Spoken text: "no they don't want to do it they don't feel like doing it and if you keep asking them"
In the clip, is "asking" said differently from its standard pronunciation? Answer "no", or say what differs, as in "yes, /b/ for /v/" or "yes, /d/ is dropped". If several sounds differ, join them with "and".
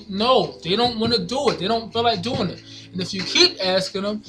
no